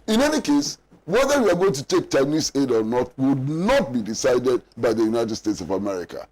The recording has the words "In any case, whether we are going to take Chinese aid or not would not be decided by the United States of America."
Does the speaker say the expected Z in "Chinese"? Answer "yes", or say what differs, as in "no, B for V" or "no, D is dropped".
no, S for Z